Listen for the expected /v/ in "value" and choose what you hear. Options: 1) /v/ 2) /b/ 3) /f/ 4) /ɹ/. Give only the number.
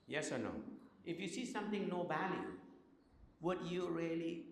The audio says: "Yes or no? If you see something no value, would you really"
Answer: 2